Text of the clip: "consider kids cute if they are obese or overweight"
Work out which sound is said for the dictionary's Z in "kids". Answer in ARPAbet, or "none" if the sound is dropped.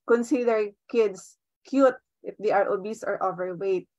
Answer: S